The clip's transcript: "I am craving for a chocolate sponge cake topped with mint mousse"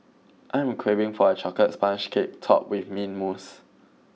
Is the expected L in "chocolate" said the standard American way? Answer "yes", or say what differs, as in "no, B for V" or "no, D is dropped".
no, L is dropped